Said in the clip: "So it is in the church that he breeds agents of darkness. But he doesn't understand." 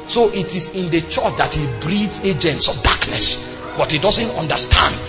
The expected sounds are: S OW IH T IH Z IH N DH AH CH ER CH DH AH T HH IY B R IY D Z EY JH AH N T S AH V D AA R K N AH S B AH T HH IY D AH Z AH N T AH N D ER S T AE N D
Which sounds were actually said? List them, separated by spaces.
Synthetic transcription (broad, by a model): S OW IH T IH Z IH N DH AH CH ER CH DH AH T HH IY B R IY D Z EY JH AH N T S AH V D AA K N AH S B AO T HH IY D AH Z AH N T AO N D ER S T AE N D